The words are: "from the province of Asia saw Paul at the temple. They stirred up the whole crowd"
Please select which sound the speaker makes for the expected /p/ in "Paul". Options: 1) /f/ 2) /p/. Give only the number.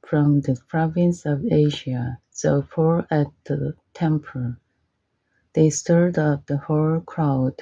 1